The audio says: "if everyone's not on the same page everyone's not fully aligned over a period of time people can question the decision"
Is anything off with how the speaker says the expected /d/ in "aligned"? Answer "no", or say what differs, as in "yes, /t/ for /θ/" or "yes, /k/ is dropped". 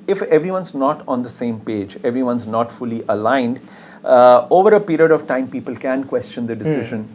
no